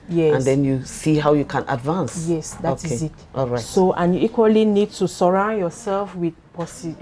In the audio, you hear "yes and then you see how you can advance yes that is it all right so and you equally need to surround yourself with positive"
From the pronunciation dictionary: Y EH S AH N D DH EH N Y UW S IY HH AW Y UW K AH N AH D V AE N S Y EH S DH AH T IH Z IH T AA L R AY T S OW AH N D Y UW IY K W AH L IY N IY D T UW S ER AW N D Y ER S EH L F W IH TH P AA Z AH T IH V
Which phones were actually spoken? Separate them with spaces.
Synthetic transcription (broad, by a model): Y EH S AH N D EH N Y UW S IY HH AW Y UW K AH N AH D V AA N S Y EH S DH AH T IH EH IH T AA L R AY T S OW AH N Y UW IY K W AH L IY N IY D T UW S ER AW N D Y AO S EH L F W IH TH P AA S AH